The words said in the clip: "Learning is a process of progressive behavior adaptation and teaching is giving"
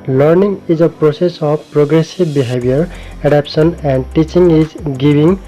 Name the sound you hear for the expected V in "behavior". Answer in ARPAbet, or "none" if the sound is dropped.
B